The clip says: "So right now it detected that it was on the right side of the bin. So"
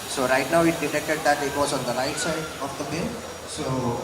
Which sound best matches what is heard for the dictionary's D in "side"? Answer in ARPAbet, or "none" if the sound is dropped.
none